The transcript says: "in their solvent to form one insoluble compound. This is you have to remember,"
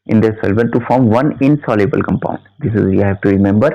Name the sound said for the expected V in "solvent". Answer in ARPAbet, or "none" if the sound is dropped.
B